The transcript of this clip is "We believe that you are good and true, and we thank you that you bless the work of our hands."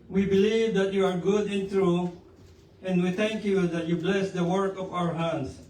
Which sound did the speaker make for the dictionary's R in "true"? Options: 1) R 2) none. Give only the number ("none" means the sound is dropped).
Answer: 1